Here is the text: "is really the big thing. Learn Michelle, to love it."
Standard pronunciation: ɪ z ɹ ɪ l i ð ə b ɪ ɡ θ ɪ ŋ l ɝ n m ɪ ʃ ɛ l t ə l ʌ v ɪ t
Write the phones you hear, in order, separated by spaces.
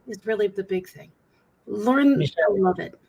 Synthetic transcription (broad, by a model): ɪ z ɹ ɪ l i ð ə b ɪ ɡ θ ɪ ŋ l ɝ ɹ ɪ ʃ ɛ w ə l ʌ v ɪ t